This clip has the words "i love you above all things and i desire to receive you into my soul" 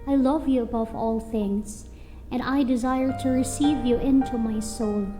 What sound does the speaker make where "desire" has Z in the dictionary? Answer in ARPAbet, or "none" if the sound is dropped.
Z